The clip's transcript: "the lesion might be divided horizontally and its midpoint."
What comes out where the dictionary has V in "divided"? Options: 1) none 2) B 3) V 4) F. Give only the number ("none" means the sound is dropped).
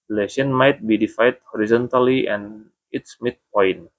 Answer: 4